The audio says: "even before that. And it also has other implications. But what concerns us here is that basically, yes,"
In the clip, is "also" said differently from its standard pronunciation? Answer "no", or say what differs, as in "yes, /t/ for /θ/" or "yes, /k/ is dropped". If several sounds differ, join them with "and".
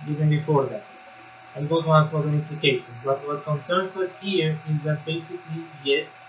yes, /n/ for /l/